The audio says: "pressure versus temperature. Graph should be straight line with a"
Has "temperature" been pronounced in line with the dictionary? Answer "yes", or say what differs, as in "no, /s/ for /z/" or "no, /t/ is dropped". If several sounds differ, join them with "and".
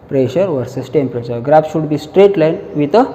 no, /ʃ/ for /tʃ/